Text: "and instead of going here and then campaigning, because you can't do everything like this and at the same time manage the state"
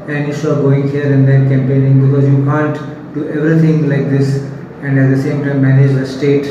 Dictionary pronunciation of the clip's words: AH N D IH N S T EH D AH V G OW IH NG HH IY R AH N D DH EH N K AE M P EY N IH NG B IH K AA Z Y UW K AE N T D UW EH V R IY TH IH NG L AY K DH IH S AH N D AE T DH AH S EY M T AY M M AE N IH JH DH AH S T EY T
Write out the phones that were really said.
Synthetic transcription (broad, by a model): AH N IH S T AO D G OW IH NG HH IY R AH N D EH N K AE M P EY N IH NG B IH K AA Z Y UW K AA N T D UW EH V R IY T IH NG L AY K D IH S AH N D AE T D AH S EY M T AY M M AE N IH JH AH S T EY T